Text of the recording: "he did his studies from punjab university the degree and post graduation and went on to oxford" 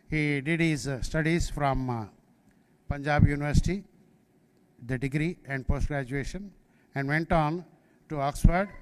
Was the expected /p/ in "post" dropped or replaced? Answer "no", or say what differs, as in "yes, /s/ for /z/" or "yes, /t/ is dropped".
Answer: no